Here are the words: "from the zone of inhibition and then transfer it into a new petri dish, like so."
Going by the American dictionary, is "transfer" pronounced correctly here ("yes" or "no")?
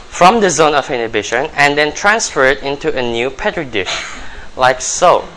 yes